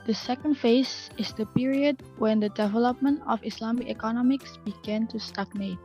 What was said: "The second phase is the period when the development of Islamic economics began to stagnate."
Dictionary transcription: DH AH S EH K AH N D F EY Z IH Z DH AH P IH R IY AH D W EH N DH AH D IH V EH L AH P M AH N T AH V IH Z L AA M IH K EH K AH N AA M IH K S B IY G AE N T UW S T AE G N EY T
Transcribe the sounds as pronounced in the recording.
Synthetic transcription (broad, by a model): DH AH S EH K AH N D F EY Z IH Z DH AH P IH R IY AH D W EH N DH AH D IH V EH L AH P M AH N T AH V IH S L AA M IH K EH K AH N AA M IH K S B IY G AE N T UW S T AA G N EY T